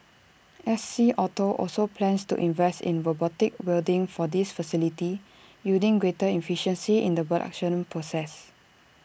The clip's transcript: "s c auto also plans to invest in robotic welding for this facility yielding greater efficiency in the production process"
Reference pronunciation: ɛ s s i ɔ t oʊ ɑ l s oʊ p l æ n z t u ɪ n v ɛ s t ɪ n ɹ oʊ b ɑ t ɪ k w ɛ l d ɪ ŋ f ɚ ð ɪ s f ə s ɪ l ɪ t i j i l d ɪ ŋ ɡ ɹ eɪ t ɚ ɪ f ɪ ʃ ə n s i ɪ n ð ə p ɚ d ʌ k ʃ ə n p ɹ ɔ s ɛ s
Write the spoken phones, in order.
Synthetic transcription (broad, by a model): ɛ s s i ɔ t oʊ ɑ l s oʊ p l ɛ n s t u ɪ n v ɛ s t ɪ n ɹ oʊ b ɑ t ɪ k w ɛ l d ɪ ŋ f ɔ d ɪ s f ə s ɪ l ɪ t i j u d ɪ ŋ ɡ ɹ eɪ t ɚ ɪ f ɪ ʃ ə n s i ɪ n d ə b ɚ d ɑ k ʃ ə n p ɹ ɔ s ɛ s